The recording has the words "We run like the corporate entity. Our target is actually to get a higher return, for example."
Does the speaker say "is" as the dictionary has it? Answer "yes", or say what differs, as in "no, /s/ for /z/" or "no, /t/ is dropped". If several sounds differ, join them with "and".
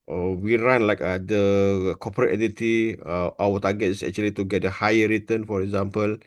no, /s/ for /z/